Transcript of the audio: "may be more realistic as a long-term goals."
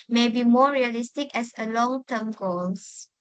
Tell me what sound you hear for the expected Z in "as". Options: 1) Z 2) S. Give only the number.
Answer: 2